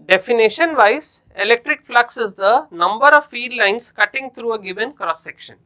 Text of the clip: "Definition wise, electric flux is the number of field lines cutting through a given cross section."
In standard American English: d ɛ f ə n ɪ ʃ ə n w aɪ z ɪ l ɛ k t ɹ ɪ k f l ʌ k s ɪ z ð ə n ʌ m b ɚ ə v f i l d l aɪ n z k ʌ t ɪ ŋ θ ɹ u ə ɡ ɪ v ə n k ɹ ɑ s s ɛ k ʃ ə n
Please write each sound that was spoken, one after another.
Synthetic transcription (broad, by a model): d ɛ f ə n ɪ ʃ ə n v aɪ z ɪ l ɛ k t ɹ ɪ k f l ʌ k s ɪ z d ə n ʌ m b ɚ ə v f i d l aɪ n s k ʌ t ɪ ŋ t ɹ u ə ɡ ɪ v ə n k ɹ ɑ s s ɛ k ʃ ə n